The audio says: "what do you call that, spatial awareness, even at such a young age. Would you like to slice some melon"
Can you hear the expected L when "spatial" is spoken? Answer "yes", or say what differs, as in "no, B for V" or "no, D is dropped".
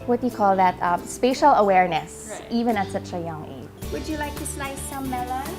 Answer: yes